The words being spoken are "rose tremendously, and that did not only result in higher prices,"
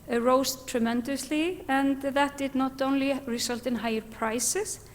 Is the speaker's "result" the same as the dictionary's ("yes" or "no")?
no